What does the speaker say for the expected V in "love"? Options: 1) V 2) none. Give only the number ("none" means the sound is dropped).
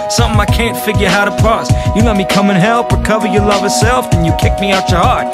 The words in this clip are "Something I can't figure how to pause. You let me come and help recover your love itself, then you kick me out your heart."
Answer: 1